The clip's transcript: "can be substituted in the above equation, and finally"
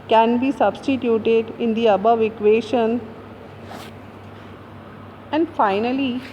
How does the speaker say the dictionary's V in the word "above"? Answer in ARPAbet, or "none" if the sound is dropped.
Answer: V